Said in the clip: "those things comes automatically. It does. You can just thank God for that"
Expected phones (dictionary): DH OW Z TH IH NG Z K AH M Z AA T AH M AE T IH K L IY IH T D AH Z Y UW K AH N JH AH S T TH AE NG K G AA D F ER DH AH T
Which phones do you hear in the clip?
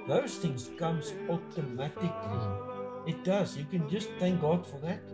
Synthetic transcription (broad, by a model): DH OW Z TH IH NG Z K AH M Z AA T AH M AE T IH K L IY IH T D AH Z Y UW K AH N JH AH S T TH AE NG K G AA D F ER DH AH T